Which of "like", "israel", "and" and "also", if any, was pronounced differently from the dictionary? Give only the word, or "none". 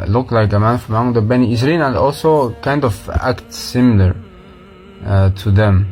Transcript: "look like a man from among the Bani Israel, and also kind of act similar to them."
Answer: israel